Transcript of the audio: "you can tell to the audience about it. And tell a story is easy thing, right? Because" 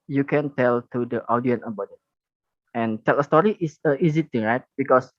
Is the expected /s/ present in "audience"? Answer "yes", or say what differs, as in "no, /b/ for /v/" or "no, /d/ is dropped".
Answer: no, /s/ is dropped